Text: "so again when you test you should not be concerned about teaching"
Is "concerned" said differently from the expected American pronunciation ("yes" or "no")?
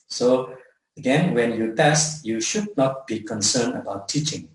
yes